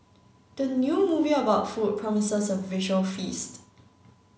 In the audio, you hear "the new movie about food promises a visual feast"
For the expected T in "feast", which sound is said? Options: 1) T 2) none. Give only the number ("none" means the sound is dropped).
1